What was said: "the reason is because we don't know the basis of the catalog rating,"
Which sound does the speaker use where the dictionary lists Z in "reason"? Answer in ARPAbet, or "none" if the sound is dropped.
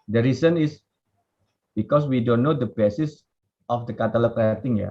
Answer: S